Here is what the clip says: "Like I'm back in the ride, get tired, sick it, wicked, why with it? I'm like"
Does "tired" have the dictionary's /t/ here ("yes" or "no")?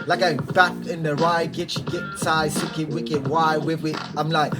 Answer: no